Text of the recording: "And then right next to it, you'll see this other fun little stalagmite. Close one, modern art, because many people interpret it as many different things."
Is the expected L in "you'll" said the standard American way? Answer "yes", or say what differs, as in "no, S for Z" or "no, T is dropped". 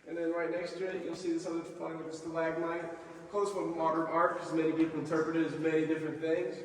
no, N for L